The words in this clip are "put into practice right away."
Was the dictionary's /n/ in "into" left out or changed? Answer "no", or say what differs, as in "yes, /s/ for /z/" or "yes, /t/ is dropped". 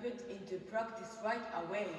no